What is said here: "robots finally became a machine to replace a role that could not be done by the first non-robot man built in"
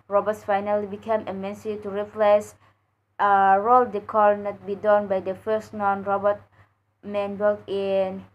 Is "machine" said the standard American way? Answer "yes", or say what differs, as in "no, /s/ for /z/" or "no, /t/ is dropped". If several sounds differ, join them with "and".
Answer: no, /s/ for /ʃ/